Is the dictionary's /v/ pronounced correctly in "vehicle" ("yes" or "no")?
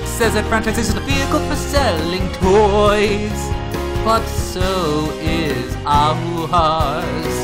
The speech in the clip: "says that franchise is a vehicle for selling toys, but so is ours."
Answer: no